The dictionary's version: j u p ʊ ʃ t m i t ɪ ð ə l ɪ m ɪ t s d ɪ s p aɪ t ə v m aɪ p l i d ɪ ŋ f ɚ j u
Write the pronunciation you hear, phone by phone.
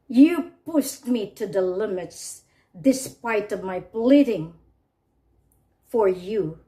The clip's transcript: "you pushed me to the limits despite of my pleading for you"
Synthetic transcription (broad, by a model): j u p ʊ s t m i t ɪ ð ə l ɪ m ɪ t s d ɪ s p aɪ t ə v m aɪ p l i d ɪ ŋ f ɚ j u